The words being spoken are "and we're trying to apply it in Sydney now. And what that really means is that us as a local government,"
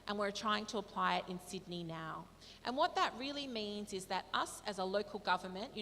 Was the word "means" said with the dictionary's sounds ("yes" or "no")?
yes